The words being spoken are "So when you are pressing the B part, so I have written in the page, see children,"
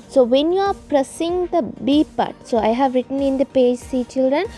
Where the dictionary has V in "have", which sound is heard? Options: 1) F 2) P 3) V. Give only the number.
3